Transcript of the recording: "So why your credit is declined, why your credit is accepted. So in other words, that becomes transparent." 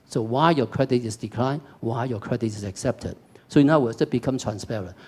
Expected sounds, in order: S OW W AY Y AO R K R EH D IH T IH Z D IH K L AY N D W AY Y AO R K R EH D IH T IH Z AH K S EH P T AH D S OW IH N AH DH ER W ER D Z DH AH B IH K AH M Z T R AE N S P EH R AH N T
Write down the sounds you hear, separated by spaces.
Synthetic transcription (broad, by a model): S OW W AY Y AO K R EH D IH T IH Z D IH K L AY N W AY Y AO K R EH D IH T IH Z AH K S EH P T AH D S OW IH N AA UH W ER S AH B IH K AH M T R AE N S P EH R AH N